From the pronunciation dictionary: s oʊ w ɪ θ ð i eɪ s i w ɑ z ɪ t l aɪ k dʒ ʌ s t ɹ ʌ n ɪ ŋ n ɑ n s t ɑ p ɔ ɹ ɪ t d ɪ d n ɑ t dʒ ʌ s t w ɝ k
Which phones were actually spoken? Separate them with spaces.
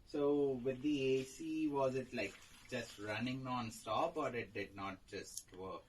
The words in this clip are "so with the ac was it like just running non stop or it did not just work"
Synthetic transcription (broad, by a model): s oʊ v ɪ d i eɪ s i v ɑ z ɪ t l aɪ k dʒ ʌ s t ɹ ʌ n ɪ ŋ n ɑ n s t ɑ p ɔ ɹ ɪ t d ɪ d n ɑ t dʒ ʌ s t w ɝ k